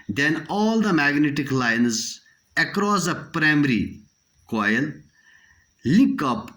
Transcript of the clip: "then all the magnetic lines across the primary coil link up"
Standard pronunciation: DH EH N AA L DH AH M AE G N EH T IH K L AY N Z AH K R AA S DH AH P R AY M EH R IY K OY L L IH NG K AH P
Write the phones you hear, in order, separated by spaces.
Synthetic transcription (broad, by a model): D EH N AA L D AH M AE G N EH T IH K L AY N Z AH K R AA S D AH P R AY M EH R IY K OY L L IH K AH P